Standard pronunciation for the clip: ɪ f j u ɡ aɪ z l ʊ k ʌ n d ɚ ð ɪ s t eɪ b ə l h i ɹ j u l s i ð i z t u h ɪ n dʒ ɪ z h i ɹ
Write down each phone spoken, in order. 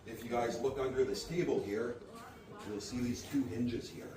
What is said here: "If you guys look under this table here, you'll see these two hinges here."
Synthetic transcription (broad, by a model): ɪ f j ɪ ɡ aɪ z l ʊ k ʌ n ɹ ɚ ð ɪ s t eɪ b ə l h i ɹ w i l s i ð i z t u h ɪ n dʒ ɪ z h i ɹ